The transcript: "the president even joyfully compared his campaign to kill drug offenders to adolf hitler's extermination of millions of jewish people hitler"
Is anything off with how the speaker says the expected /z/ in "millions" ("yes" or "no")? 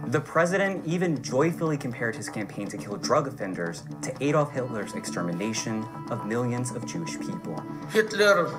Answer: no